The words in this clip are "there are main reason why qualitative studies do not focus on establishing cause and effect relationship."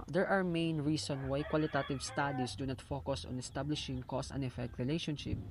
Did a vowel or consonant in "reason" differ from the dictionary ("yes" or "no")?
yes